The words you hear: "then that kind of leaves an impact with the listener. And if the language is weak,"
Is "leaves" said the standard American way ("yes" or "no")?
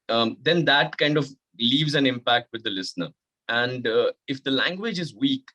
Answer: yes